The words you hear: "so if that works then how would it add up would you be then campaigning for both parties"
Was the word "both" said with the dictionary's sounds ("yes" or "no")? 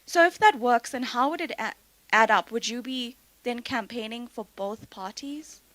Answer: yes